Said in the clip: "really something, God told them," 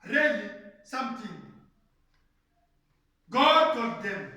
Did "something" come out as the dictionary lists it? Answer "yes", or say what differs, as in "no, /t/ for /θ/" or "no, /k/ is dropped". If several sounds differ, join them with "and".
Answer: no, /t/ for /θ/